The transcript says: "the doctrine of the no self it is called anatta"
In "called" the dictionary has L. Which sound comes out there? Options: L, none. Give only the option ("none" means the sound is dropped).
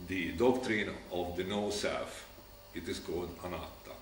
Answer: none